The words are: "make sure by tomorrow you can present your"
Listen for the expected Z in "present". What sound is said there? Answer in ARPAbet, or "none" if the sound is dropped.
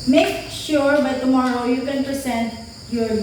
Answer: S